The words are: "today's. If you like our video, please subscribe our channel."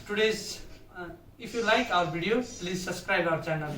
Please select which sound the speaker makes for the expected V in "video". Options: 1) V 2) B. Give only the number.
2